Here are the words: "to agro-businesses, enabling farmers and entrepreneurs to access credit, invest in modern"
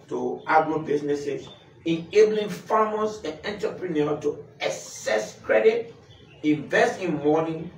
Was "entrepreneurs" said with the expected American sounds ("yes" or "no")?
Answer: no